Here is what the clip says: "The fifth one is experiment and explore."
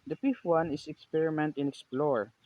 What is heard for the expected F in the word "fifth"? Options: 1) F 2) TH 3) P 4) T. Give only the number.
3